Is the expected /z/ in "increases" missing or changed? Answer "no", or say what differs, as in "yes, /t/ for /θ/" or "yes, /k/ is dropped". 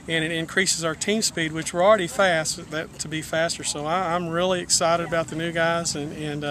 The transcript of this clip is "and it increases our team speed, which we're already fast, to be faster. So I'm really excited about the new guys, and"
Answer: no